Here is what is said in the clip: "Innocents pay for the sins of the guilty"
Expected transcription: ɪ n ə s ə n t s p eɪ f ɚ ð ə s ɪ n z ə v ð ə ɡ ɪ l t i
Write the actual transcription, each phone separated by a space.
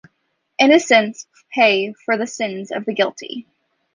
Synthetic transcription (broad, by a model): ɪ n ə s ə n s p eɪ f ɚ ð ə s ɪ n z ə v ð ə ɡ ɪ l t i